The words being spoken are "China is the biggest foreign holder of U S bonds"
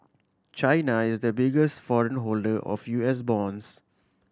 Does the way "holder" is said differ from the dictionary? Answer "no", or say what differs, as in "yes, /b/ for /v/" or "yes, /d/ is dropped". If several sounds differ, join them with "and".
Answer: no